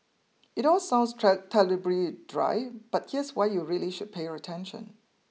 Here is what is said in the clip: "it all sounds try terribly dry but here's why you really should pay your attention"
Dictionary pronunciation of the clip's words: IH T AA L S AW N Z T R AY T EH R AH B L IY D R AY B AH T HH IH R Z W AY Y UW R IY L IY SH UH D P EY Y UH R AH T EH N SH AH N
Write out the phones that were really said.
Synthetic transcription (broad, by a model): IH T AA L S AW N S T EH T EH L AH B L IY D R AY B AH T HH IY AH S W AY Y UW R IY L IY SH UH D P EY Y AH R AH T EH N SH AH N